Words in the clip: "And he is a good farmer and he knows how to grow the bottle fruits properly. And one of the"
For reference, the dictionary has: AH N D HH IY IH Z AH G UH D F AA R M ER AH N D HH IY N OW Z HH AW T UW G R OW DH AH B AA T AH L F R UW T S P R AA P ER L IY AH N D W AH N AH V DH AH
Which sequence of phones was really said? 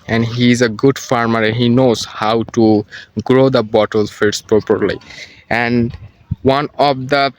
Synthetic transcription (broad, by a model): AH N D HH IY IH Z AH G UH D F AA R M ER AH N HH IY N OW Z HH AW T UW G R OW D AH B AA T AH L F IY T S P R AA P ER L IY AH N D W AH N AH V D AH